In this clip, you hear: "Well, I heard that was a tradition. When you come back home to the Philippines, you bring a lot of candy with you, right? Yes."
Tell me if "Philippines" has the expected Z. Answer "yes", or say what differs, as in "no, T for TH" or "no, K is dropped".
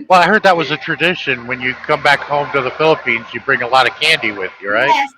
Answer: yes